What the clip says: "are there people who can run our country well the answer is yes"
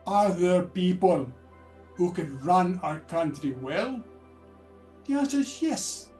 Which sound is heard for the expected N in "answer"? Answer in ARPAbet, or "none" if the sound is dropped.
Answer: none